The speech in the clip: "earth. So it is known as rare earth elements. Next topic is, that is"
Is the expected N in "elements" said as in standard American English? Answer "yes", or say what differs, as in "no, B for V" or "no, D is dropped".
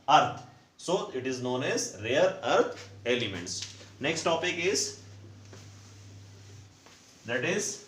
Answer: yes